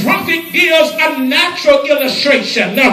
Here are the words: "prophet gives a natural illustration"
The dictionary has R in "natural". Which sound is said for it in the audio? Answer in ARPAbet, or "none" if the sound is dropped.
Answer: R